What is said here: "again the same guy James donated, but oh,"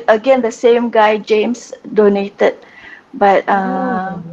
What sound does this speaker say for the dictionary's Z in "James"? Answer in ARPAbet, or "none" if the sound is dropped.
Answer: S